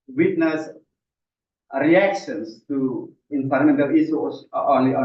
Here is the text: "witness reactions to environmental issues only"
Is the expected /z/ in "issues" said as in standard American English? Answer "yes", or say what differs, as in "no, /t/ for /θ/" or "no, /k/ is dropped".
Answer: no, /z/ is dropped